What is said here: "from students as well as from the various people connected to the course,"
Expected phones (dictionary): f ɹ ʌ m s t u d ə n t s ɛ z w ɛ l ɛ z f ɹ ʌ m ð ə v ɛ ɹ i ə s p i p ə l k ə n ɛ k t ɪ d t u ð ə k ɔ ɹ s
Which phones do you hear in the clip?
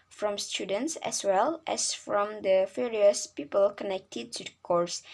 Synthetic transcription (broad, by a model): f ɹ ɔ m s t u d ə n t s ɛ s w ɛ l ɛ s f ɹ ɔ m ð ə f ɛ ɹ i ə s p i p ə l k ə n ɛ k t ɪ d t u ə k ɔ ɹ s